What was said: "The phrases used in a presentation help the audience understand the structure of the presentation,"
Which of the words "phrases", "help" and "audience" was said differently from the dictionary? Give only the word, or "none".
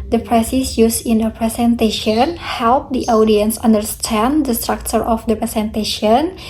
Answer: phrases